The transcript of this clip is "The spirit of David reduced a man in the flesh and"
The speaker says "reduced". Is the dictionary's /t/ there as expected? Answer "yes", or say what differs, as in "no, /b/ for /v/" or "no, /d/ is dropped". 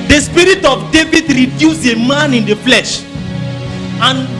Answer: no, /t/ is dropped